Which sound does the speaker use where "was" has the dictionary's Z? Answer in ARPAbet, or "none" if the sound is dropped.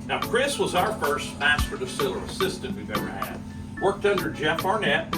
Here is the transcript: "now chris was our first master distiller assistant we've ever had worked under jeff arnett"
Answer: Z